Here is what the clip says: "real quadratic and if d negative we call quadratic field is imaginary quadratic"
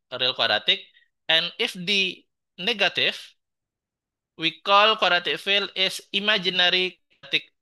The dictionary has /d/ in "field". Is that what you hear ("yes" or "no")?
no